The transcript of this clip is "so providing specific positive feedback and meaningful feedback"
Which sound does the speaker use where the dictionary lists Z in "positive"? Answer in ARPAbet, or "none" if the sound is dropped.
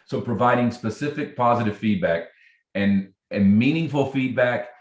Z